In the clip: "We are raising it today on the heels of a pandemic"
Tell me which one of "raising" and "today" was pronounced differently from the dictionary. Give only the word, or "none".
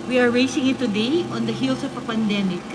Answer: raising